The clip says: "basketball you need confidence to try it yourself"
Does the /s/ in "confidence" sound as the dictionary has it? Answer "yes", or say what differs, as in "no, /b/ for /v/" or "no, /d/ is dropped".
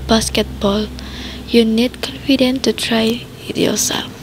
no, /s/ is dropped